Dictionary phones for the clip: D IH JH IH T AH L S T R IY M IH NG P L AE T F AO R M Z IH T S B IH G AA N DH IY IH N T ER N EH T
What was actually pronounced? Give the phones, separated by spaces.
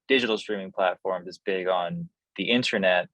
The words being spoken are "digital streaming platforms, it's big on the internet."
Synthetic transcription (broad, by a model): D IH JH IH T L S T R IY M IH NG P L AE T F AO R M IH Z B IH G N DH IY IH N T ER N EH T